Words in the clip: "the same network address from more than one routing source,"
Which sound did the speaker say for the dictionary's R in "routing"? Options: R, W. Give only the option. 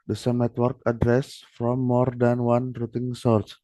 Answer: R